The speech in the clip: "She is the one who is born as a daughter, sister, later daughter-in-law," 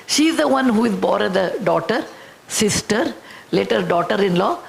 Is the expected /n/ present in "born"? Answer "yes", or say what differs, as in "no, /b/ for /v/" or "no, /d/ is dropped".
no, /n/ is dropped